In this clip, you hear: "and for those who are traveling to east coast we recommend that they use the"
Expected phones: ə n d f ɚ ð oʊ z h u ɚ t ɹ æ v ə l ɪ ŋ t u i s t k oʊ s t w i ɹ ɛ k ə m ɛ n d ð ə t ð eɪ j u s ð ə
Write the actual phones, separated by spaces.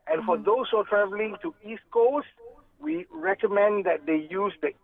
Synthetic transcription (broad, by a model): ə n f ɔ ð oʊ s h u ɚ t ɹ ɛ v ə l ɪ ŋ t u i s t k oʊ s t w i ɹ ɛ k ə m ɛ n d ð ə t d eɪ j u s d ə